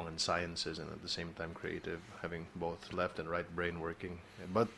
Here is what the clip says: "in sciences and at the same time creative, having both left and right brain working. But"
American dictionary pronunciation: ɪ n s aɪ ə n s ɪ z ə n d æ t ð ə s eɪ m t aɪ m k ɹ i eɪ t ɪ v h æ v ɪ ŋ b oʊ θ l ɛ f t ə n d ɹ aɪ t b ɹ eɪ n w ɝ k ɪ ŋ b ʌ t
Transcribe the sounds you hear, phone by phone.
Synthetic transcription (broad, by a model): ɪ n s aɪ ə n s ɪ z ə n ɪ t ð ə s eɪ m t aɪ m k ɹ i eɪ t ɪ v h æ v ɪ ŋ b oʊ θ l ɛ f t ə n ɹ aɪ t b ɹ eɪ n w ɝ k ɪ ŋ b ʌ t